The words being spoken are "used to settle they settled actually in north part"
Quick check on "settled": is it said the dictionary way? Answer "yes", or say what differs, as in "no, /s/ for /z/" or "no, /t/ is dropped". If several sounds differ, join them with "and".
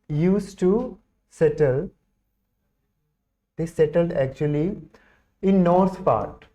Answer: yes